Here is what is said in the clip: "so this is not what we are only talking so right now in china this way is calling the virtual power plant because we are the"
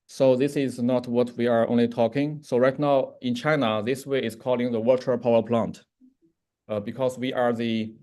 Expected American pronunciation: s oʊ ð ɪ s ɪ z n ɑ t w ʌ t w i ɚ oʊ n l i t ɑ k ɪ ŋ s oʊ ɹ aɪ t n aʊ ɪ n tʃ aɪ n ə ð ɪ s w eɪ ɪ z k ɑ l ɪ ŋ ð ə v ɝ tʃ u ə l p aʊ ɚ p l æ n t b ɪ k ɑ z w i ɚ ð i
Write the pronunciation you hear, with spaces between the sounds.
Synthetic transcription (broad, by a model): s oʊ ð ɪ s ɪ z n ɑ t w ʌ t w i ɚ oʊ n l i t ɑ k ɪ ŋ s oʊ ɹ aɪ t n aʊ ɪ n tʃ aɪ n ə ð ɪ s w eɪ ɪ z k ɑ l ɪ ŋ ð ə w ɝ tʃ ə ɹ p aʊ ɚ p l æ n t b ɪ k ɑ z w i ɚ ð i